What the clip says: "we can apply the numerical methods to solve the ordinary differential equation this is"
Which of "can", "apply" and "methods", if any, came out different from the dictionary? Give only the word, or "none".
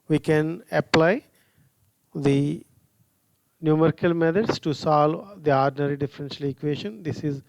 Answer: methods